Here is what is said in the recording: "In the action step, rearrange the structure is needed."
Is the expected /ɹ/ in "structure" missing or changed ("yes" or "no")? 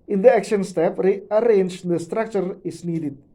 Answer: no